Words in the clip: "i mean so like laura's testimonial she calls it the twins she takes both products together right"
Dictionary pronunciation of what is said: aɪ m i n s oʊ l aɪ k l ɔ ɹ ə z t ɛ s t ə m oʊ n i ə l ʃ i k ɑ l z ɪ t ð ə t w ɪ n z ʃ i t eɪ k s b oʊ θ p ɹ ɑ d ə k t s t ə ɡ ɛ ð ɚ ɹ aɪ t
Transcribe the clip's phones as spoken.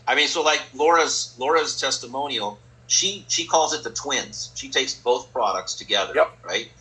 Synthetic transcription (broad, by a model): aɪ m i n s oʊ l aɪ k l ɔ ɹ ə z t ɛ s t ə m oʊ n i l ʃ i k ɑ l z ɪ t ð ə t w ɪ n z ʃ i t eɪ k s b oʊ θ p ɹ ɑ d ə k t s t ə ɡ ɛ ð ɚ ɹ aɪ t